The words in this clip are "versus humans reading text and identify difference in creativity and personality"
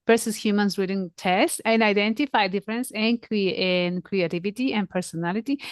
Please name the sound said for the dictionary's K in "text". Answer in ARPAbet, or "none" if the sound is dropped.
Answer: none